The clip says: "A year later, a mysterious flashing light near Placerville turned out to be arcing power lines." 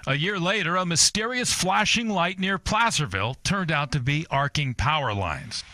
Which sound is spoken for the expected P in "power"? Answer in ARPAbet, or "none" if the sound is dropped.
P